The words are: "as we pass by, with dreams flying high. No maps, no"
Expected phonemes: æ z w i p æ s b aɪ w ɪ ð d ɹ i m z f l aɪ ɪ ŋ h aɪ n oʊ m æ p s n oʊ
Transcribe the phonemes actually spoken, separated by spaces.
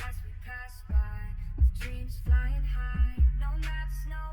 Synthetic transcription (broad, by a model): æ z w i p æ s b aɪ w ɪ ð d ɹ i m z f l aɪ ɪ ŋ h aɪ n oʊ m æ s n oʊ